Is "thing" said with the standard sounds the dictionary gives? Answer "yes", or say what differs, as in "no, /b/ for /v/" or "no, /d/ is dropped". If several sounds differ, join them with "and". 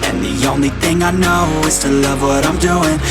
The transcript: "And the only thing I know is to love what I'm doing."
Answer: yes